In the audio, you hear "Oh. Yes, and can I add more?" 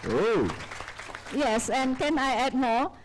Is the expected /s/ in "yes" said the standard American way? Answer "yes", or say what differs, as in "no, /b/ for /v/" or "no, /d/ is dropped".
yes